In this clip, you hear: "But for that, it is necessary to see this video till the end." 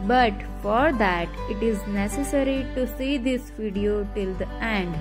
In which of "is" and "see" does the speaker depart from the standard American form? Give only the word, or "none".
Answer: none